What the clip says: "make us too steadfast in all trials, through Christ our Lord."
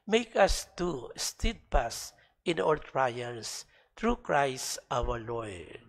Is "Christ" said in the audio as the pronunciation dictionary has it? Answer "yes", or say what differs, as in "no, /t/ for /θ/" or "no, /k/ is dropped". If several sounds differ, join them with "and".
yes